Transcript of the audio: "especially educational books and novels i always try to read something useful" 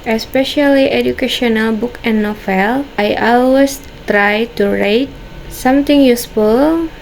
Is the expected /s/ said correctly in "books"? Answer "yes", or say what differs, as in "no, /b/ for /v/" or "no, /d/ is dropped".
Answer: no, /s/ is dropped